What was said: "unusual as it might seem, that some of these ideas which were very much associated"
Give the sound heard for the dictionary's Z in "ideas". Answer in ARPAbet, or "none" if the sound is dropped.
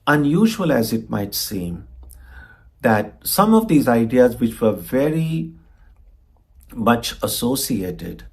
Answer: Z